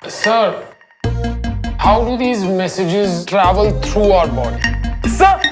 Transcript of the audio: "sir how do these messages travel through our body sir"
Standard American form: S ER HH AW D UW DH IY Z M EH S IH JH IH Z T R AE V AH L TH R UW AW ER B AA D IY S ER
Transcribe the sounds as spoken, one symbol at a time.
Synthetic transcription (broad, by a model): S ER HH AW D UW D IY Z M EH S IH JH IH Z T R AE V AH L T R UW AW ER B AA D IY S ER